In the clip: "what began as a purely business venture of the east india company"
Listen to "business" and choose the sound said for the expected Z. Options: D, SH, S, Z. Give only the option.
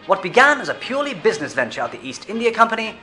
Z